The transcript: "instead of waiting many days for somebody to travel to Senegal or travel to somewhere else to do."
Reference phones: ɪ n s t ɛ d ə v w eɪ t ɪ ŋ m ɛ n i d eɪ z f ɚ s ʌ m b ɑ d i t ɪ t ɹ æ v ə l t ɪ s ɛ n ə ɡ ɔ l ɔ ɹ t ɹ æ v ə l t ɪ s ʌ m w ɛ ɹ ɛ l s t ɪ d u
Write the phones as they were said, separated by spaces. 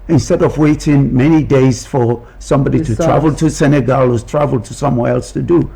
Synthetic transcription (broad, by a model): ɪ n s t ɛ d ə v w eɪ t ɪ ŋ m ɛ n i d eɪ z f ɚ s ʌ m b ɑ d i t ɪ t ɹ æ v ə l t ɪ s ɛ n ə ɡ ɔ l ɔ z t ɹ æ v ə l t ɪ s ʌ m w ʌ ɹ ɛ l s t ɪ d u